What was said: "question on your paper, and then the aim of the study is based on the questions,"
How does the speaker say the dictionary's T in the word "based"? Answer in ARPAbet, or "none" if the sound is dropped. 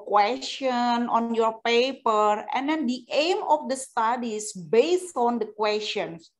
T